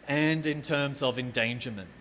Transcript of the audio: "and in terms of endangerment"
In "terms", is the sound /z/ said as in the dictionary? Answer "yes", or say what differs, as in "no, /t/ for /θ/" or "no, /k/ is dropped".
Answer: yes